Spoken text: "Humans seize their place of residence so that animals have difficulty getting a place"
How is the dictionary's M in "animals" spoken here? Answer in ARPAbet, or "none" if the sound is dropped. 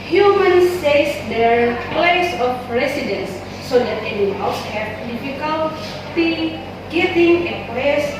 none